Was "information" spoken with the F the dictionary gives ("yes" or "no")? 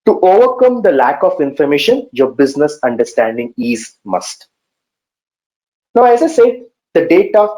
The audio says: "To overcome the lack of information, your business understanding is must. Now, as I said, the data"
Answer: yes